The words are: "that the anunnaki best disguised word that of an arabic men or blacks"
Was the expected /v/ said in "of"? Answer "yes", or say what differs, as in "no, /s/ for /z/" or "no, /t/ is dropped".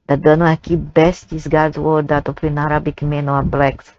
no, /p/ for /v/